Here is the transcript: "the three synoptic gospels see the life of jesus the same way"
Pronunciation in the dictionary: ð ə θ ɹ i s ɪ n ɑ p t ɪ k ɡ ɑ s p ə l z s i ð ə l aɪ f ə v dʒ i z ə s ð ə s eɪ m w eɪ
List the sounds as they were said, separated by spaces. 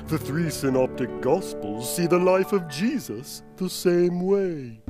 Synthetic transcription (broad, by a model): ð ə θ ɹ i s ɪ n ɑ p t ɪ k ɡ ɑ s p ə l z s i ð ə l aɪ f ə v dʒ i z ə s ð ə s eɪ m w eɪ